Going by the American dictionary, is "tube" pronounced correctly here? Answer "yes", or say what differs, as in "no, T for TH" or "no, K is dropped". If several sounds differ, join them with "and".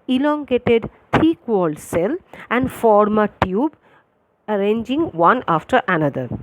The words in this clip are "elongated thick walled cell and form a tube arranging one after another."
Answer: yes